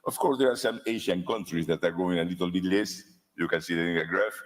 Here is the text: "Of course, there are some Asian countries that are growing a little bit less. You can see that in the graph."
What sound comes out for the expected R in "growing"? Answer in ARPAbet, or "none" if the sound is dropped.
none